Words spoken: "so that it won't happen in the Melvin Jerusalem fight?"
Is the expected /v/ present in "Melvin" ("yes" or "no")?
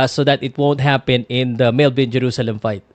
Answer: no